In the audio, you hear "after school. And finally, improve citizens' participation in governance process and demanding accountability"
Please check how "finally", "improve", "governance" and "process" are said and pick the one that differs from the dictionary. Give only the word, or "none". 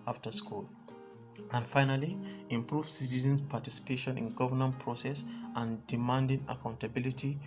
governance